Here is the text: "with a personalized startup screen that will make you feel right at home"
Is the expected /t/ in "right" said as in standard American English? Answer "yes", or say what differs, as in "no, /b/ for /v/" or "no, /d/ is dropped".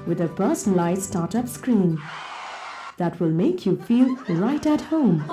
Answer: yes